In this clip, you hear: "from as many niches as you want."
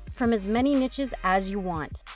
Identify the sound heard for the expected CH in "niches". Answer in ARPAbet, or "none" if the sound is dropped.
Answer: CH